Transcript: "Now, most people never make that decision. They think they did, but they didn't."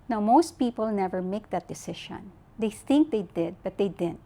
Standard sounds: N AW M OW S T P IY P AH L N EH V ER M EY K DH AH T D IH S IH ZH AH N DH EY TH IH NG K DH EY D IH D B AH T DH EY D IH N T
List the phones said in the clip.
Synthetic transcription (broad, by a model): N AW M OW S T P IY P AH L N EH V ER M EY K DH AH T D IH S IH SH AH N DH EY TH IH NG K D EY D IH D B AH T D EY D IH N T